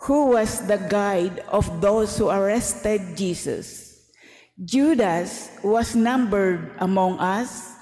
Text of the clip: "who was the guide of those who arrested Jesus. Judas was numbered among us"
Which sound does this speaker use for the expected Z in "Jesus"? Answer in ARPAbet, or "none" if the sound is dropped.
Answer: S